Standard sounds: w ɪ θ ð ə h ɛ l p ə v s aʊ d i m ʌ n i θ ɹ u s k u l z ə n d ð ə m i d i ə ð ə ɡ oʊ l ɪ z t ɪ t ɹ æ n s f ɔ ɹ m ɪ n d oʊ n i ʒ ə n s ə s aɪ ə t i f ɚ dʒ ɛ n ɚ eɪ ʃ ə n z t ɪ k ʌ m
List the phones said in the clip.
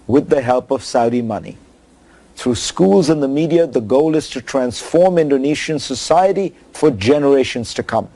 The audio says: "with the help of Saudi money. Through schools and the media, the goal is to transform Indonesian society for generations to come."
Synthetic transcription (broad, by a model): w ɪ ð ə h ɛ l p ə v s aʊ d i m ʌ n i θ ɹ u s k u l z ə n ð ə m i d i ə ð ə ɡ oʊ l ɪ z t ɪ t ɹ æ n s f ɔ ɹ m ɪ n d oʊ n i ʃ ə n s ə s aɪ ə t i f ɚ dʒ ɛ n ɚ eɪ ʃ ə n z t ɪ k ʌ m